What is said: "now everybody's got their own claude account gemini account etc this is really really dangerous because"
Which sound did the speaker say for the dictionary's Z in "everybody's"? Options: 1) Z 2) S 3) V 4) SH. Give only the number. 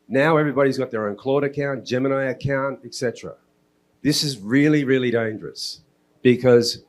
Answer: 1